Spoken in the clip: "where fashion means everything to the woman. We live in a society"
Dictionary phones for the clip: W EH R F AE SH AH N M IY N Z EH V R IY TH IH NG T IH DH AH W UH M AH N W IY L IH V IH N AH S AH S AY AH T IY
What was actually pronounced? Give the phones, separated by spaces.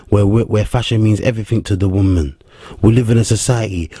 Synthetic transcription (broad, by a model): W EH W F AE SH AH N M IY N Z EH V R IY TH IH NG T IH DH AH W UH M AH N W IY L IH V IH N AH S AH S AY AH T IY